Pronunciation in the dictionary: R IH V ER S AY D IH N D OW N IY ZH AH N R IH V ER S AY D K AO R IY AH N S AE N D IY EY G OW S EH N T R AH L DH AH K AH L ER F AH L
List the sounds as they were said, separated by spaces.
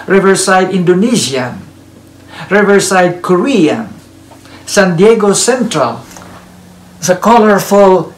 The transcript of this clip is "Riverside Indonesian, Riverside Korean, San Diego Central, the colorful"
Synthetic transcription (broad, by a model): R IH V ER S AY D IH N D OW N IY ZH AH N R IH V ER S AY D K AO R IY AH N S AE N D IY EY G OW S EH N T R AH L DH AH K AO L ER F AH L